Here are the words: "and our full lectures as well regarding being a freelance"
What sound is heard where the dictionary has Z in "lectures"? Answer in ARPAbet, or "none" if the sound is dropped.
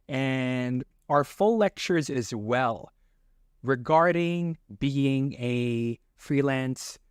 Z